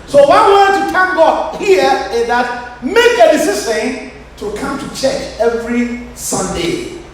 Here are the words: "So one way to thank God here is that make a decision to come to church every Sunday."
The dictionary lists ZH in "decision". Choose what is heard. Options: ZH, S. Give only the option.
S